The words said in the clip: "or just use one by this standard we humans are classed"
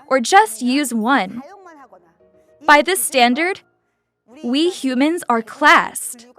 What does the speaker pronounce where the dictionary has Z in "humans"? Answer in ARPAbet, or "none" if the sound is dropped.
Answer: Z